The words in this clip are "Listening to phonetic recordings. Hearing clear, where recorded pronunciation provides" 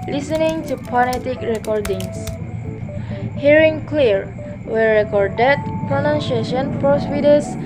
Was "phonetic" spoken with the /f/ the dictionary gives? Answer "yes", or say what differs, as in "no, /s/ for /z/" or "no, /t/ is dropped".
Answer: no, /p/ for /f/